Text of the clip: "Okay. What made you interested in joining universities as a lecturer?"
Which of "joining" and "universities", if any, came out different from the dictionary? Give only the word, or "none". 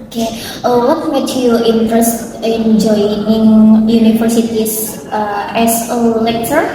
universities